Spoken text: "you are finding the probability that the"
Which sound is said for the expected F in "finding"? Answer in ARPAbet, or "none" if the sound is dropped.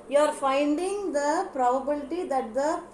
F